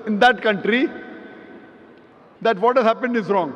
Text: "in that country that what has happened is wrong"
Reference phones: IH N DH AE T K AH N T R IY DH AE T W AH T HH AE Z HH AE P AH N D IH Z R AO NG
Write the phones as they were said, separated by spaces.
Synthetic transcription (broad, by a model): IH N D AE T K AH N T R IY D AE T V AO T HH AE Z HH AE P AH N D IH Z R AO NG